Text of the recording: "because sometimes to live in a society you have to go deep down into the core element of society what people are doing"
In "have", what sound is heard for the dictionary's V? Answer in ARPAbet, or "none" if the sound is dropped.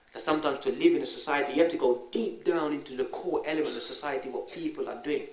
F